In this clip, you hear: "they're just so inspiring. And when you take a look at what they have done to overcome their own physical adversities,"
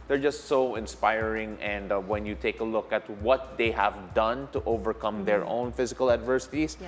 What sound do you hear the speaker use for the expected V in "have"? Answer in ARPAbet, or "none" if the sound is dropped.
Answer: V